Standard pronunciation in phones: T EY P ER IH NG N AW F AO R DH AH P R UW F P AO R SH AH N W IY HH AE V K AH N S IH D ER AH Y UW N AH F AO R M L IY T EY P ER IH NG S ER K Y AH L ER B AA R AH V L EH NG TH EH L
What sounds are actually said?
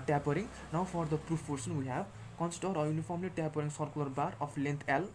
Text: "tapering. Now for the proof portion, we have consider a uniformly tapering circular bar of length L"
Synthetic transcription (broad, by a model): T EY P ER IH NG N AW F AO R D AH P R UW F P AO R S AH N W IY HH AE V K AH N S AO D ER AH Y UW N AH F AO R M L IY T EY P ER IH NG S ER K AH L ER B AA R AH P L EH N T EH L